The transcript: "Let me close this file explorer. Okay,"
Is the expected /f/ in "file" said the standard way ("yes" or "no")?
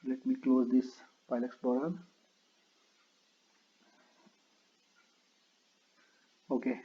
no